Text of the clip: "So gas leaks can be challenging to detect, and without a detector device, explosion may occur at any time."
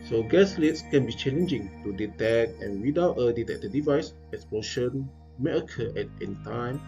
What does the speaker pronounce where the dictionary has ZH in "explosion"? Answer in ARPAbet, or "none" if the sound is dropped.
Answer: SH